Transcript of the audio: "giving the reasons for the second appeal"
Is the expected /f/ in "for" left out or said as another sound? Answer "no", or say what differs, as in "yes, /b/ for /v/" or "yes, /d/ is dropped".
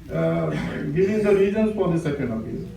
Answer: yes, /p/ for /f/